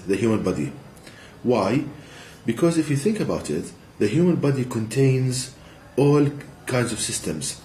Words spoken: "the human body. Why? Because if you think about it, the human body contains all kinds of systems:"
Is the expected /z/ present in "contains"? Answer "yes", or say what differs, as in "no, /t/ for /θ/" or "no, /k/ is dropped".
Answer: yes